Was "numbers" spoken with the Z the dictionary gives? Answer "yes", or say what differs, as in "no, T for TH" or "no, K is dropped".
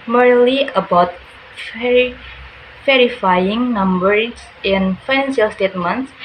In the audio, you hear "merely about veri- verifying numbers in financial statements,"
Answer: no, S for Z